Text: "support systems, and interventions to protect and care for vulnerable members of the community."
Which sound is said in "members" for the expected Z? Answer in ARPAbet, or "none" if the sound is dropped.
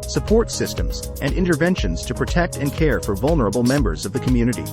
Z